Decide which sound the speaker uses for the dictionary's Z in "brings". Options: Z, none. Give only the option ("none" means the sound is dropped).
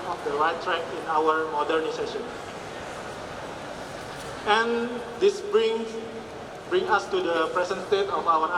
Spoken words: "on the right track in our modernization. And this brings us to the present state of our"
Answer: none